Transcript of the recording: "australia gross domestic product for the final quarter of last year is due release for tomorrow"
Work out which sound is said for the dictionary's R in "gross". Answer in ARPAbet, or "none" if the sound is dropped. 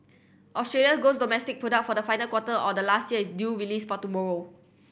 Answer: none